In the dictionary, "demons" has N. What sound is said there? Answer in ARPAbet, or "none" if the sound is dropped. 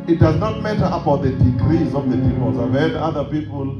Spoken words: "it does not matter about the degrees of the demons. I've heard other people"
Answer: none